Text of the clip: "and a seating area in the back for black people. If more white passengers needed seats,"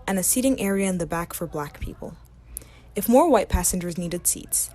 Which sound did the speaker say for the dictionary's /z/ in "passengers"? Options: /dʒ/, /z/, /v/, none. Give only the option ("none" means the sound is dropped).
/z/